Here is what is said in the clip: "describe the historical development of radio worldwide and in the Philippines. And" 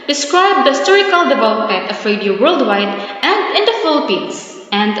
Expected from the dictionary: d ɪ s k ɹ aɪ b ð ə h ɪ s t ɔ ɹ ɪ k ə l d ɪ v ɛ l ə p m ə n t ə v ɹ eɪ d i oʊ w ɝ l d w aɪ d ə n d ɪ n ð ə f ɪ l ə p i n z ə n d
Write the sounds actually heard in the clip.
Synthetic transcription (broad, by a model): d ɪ s k ɹ aɪ b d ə h ɪ s t ɔ ɹ ɪ k ə l d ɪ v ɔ ə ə t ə f ɹ eɪ d i oʊ w ɝ l d w aɪ d ə n d ɪ n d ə f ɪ l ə p i n s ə n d